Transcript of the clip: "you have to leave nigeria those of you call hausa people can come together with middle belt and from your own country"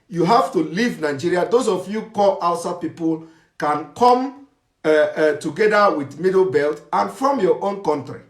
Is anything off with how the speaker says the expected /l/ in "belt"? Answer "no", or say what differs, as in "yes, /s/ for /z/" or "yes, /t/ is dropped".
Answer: no